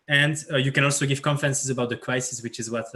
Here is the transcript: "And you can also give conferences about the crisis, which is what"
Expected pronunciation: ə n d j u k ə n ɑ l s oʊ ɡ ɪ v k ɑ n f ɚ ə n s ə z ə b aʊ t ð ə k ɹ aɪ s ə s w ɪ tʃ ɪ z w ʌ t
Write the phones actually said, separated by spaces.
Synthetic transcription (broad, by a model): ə n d j u k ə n ɑ l s oʊ ɡ ɪ v k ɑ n f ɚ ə n s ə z ə b aʊ t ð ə k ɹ aɪ s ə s w ɪ tʃ ɪ z w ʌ t